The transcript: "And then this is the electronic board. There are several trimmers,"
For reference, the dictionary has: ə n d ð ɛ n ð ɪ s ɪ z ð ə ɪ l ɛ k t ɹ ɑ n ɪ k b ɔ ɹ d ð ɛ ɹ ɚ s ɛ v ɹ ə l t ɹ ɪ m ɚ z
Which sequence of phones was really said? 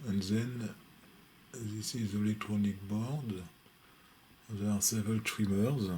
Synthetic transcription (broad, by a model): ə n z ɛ n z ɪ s ɪ z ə l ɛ k t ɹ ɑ n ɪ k b ɔ ɹ d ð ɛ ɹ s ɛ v ə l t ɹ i m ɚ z